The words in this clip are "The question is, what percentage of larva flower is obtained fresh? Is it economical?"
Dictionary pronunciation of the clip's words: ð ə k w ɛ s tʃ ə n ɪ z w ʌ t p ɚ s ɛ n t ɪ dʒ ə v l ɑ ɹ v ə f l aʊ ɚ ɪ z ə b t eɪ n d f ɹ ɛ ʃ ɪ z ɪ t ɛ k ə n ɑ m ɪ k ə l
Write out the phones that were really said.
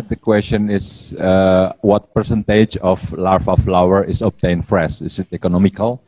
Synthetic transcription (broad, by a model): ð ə k w ɛ s tʃ ə n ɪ s w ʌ t p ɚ s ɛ n t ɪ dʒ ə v l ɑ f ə f l aʊ ɚ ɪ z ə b t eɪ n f ɹ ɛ s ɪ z ɪ t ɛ k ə n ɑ m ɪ k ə l